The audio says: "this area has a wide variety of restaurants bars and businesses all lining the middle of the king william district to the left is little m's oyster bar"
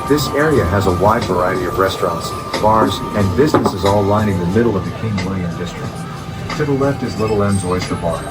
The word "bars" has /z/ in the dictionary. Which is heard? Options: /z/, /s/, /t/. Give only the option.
/z/